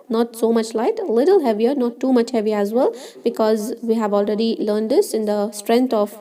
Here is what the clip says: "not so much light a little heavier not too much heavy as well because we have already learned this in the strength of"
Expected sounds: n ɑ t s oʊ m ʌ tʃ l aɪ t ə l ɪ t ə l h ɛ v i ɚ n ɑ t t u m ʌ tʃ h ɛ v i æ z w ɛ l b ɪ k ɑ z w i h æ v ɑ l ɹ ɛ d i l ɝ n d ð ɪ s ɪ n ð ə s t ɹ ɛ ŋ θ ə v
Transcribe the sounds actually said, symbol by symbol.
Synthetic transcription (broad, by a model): n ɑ t s oʊ m ʌ tʃ l aɪ t ə l ɪ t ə l h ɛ v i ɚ n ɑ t t u m ʌ tʃ h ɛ v i æ z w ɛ l b ɪ k ɑ z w i h æ v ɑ l ɹ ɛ d i l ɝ n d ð ɪ s ɪ n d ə s t ɹ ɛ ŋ t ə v